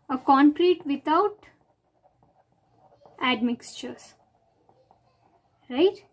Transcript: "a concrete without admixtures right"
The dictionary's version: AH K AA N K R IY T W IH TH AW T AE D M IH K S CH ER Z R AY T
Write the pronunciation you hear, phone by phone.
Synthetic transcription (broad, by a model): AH K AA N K R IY T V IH T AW T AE D M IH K S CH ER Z R AY T